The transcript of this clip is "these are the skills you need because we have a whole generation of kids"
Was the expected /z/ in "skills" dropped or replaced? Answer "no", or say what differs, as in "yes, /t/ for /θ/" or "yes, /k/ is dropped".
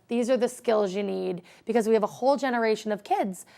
no